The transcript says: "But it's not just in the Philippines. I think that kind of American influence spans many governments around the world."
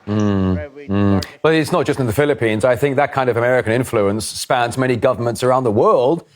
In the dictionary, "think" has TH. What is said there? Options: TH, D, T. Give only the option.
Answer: TH